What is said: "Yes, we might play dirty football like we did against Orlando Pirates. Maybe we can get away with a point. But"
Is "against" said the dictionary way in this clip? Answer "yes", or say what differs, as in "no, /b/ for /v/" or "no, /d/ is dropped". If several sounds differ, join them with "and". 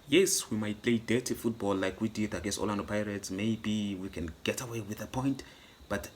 no, /n/ is dropped and /t/ is dropped